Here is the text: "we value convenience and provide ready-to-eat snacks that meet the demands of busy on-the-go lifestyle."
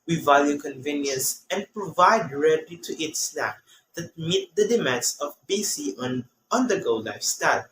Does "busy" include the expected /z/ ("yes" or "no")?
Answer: no